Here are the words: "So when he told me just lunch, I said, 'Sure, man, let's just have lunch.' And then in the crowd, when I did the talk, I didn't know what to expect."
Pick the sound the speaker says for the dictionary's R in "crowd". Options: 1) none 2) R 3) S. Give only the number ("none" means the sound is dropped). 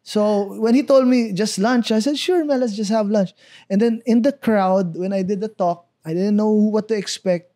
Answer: 2